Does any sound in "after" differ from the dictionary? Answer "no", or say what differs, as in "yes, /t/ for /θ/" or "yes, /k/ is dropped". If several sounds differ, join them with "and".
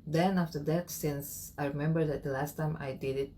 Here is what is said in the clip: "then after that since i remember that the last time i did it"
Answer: no